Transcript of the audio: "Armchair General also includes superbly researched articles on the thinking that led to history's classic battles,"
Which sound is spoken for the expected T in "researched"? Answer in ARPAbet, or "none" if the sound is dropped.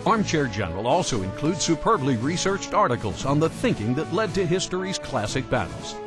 T